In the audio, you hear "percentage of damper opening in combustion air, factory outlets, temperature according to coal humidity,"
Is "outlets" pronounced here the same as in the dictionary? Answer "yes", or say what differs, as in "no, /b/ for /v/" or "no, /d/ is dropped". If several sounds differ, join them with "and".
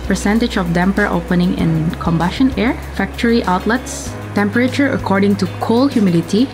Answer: yes